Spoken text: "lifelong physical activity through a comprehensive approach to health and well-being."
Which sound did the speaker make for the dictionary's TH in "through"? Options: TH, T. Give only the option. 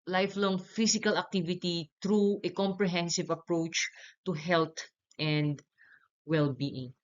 T